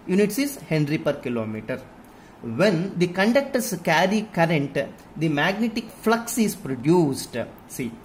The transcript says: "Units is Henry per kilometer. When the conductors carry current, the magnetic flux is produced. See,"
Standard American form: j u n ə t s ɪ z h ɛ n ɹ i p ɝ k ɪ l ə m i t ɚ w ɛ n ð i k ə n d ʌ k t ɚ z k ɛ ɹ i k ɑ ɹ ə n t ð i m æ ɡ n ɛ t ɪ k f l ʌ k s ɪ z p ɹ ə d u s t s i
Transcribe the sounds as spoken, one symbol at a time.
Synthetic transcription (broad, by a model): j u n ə t s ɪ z h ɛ n ɹ i p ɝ k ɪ l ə m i t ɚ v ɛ n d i k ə n d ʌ k t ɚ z k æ ɹ i k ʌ ɹ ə n t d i m æ ɡ n ɛ t ɪ k f l ʌ k s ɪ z p ɹ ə d u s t s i